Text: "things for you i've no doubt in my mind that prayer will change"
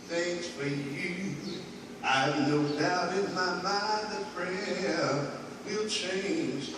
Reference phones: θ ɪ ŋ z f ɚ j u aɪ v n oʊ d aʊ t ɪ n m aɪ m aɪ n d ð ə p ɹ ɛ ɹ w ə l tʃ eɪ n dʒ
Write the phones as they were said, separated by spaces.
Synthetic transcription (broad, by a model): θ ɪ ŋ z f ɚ j u aɪ n oʊ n aʊ ɪ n m aɪ m aɪ n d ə f ɹ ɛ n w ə l tʃ eɪ n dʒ